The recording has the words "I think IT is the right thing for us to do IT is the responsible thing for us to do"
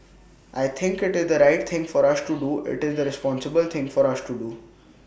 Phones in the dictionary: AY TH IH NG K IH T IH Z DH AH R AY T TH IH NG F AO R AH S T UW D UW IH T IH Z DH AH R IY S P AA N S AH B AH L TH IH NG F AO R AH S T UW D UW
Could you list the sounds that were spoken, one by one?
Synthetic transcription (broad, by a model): AY T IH NG K IH T IH Z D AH R AY T T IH NG F AO R AH S T UW D UW IH T IH Z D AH R IY S P AA N S AH B AH L T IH NG F AO R AH S T UW D UW